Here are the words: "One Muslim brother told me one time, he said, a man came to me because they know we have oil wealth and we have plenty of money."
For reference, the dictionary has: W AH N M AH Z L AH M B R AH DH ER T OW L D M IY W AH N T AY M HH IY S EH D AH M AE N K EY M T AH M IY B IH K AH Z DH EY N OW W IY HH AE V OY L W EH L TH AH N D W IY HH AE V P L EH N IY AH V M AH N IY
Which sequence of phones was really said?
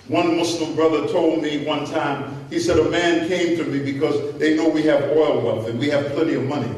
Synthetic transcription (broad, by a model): W AH N M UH S L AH M B R AH DH ER T OW L D M IY W AH N T AY M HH IY S EH D AH M AE N K EY M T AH M IY B IH K AH Z DH EY N OW W IY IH V OY L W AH N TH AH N W IY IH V P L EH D IY AH V M AH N IY